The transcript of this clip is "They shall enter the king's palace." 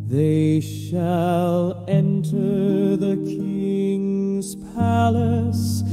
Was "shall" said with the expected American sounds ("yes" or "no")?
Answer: yes